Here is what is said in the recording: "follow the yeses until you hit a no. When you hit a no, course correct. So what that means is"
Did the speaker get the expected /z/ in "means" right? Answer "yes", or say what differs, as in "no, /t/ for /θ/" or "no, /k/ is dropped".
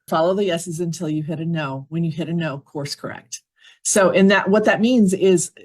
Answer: yes